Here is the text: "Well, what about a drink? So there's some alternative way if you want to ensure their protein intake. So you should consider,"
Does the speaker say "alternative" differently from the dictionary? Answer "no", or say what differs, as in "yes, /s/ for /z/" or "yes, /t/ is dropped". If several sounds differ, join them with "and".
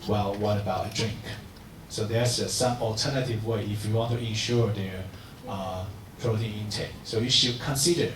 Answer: no